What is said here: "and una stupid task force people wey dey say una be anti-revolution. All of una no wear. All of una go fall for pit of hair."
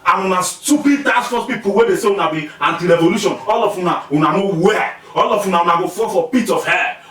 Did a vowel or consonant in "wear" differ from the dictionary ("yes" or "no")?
yes